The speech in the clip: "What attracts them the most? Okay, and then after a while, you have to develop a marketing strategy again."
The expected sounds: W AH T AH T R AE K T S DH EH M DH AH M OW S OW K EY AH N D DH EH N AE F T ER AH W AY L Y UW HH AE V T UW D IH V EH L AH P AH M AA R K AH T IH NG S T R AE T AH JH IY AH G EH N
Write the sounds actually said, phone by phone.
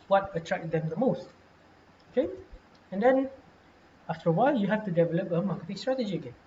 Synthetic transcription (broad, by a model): W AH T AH T R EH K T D EH M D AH M OW S OW K EY AH N D EH N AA F T ER AH W AY L Y UW HH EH F T UW D IH V EH L AH P AH M AA K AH T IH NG S T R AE T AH JH IY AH G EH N